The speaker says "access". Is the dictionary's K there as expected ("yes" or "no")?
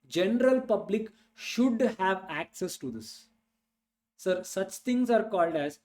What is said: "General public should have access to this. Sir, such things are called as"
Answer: yes